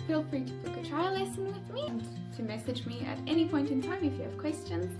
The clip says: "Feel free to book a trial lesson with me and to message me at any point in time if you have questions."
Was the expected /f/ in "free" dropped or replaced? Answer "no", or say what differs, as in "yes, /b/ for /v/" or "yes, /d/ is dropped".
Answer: yes, /p/ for /f/